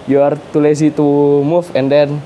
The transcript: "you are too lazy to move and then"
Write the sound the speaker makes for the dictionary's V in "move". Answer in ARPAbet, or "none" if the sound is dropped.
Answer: F